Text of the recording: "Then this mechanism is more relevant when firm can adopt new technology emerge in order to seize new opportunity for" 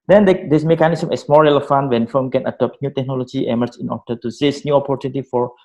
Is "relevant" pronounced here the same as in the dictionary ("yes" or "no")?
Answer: no